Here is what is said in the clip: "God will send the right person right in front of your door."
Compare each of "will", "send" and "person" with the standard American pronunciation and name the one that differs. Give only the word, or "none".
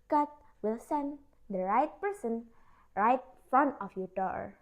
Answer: none